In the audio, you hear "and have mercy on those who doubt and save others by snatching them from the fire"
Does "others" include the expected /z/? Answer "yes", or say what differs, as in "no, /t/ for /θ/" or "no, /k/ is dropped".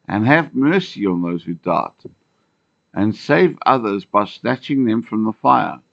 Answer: yes